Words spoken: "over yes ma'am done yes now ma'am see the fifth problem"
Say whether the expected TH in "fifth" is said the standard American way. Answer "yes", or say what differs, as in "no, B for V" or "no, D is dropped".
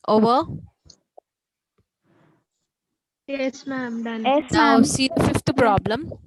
no, T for TH